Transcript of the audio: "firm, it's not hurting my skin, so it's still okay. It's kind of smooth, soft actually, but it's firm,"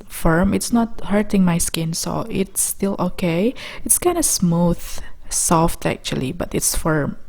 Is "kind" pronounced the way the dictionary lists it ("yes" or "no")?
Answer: yes